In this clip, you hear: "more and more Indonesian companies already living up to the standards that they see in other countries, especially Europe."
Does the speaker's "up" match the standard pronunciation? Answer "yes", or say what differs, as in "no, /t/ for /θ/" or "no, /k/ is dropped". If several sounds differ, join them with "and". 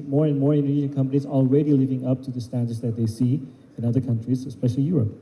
yes